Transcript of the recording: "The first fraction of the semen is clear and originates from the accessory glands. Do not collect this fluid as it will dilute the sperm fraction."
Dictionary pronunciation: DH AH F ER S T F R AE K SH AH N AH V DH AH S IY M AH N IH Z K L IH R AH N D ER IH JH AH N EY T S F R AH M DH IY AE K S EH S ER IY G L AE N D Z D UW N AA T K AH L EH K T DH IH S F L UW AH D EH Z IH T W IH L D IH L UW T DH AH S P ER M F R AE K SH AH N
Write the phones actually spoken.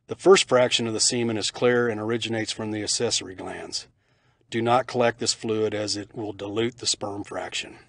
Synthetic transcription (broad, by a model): DH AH F ER S T F R AE K SH AH N AH V DH AH S IY M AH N IH Z K L IH R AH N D ER IH JH AH N EY T S F R AH M DH IY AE S EH S ER IY G L AE N D Z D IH N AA T K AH L EH K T DH IH S F L UW AH D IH Z IH T W IH L D IH L UW T DH AH S P ER M F R AE K SH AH N